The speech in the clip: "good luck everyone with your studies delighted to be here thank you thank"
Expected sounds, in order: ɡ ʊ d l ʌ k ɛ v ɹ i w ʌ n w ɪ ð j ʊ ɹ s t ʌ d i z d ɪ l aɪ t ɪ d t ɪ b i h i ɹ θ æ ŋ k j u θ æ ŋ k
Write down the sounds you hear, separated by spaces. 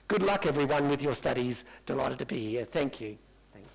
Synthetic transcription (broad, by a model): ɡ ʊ d l ʌ k ɛ v ɹ i w ʌ n w ɪ ð j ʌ ɹ s t ʌ d i z d ɪ l aɪ t ɪ d t ɪ b i h i ɹ θ æ ŋ k j u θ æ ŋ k